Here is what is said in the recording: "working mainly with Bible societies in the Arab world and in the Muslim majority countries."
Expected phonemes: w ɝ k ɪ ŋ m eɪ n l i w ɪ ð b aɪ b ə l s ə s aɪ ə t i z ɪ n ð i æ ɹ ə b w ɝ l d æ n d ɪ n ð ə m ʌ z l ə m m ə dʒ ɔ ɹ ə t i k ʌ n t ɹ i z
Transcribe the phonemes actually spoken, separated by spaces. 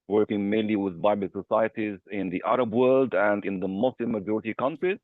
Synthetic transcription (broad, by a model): w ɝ k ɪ ŋ m eɪ n l i w ɪ ð b aɪ b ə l s ə s aɪ ə t i z ɪ n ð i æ ɹ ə b w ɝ l d æ n d ɪ n ð ə m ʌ s l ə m m ə dʒ ɔ ɹ ə t i k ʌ n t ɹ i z